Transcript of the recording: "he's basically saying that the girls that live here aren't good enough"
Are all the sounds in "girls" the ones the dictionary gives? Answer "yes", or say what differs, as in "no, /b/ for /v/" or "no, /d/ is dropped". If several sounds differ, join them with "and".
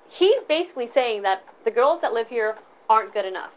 yes